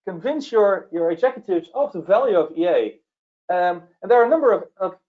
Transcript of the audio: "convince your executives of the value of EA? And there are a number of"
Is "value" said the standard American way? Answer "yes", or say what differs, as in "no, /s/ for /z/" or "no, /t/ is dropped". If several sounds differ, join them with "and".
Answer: yes